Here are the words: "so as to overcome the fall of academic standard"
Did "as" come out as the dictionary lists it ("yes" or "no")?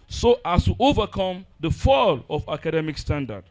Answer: no